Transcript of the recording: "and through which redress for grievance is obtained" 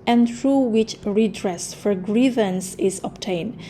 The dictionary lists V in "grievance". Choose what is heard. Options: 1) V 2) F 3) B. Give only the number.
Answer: 1